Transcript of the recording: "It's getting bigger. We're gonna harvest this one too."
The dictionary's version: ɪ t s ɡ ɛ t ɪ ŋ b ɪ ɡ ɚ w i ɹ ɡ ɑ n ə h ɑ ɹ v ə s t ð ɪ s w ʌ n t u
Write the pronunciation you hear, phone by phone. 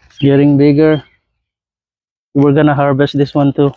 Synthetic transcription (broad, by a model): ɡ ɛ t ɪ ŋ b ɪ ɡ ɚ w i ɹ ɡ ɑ n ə h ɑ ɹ b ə s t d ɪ s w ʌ n t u